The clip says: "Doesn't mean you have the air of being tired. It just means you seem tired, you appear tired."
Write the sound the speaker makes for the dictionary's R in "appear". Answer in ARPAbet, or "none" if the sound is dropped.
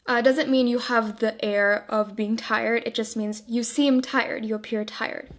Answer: R